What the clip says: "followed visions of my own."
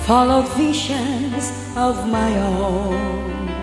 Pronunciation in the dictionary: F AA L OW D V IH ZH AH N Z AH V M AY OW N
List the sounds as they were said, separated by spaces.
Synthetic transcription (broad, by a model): F AA L OW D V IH SH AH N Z AH V M AY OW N